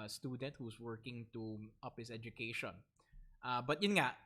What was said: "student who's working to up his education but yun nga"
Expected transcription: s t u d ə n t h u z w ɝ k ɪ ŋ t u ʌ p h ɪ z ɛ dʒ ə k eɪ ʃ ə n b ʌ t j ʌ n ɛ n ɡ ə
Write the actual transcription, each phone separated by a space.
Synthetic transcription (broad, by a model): s t u d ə n t h u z w ɝ k ɪ ŋ t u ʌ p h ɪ s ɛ dʒ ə k eɪ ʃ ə n b ʌ t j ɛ n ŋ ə